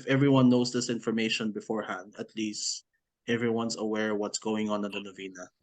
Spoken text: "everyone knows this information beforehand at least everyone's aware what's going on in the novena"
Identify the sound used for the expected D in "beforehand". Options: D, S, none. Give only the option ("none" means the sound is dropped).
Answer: D